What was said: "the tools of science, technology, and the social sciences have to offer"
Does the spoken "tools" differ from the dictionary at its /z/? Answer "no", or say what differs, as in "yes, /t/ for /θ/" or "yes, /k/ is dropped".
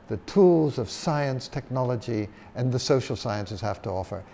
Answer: no